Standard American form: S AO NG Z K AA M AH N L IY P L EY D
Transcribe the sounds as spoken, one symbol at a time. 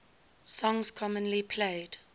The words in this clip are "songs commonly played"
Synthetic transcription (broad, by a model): S AO NG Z K AA M AH N L IY P L EY D